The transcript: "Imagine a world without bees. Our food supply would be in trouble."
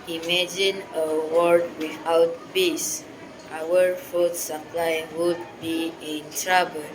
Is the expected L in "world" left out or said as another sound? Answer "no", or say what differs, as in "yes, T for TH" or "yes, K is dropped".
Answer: yes, L is dropped